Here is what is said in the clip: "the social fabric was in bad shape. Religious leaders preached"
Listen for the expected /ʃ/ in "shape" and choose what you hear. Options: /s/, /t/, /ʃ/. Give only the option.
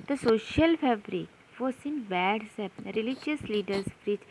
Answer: /s/